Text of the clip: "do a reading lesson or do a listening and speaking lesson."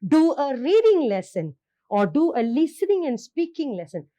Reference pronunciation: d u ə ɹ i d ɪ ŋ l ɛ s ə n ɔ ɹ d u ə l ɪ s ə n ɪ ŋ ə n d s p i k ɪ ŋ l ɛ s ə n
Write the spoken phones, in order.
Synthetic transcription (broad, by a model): d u ə ɹ i d ɪ ŋ l ɛ s ə n ɔ ɹ d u ə l ɪ s ə n ɪ ŋ ə n d s p i k ɪ ŋ l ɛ s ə n